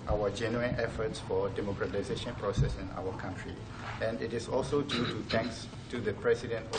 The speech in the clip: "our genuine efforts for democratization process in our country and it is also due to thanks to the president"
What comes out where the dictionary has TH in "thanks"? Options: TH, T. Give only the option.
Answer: T